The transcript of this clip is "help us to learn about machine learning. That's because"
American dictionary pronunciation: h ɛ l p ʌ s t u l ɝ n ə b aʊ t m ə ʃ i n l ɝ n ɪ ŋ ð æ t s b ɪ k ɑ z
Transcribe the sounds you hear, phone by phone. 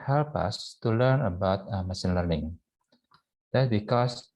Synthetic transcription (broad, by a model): h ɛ l p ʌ s t u l ɝ n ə b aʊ t m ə s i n l ɝ n ɪ ŋ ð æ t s b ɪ k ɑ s